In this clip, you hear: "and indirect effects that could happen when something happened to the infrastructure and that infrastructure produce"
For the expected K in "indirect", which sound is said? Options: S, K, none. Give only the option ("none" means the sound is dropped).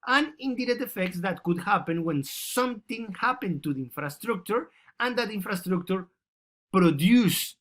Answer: none